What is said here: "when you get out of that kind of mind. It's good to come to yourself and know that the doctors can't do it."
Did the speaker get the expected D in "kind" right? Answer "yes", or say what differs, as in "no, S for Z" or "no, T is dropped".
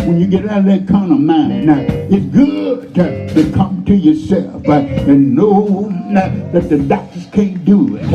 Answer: no, D is dropped